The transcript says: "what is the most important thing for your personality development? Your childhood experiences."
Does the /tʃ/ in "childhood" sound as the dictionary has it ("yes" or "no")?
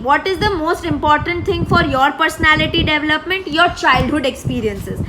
yes